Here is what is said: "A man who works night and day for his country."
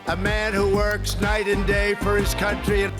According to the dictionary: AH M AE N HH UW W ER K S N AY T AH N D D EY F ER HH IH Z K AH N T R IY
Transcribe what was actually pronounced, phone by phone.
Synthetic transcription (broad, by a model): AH M AE N HH UW W ER K S N AY T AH N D D EY F ER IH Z K AH N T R IY